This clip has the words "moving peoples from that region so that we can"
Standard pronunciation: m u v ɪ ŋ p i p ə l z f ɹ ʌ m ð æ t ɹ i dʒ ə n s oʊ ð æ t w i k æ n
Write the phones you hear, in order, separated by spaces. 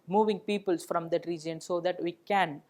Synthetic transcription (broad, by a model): m u v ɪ ŋ p i p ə l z f ɹ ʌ m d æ t ɹ i dʒ ə n s oʊ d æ t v i k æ n